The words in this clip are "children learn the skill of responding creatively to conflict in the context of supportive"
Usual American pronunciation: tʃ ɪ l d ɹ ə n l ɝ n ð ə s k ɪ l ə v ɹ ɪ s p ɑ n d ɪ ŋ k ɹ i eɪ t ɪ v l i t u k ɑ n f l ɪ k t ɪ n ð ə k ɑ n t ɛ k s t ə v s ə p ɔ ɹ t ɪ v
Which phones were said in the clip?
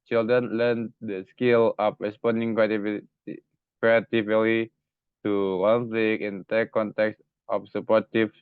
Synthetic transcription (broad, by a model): tʃ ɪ l d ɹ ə n l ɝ n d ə s k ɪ l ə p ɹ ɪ s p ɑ n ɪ ŋ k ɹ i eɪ t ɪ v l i t u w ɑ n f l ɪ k ɪ n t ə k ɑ n t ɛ k s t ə f s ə p ɔ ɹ t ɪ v